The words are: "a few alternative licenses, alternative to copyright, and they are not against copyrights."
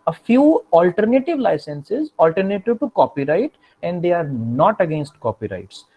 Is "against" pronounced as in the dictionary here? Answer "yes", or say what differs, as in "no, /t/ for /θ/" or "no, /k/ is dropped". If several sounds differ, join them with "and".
yes